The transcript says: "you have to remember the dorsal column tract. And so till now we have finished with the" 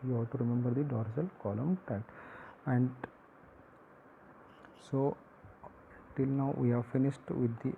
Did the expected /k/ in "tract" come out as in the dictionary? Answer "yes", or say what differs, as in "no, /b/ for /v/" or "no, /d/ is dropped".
no, /k/ is dropped